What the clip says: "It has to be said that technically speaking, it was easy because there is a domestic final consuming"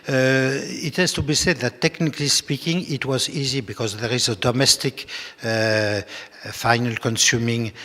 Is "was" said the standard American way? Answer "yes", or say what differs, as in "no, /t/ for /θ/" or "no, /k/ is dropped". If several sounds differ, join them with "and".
yes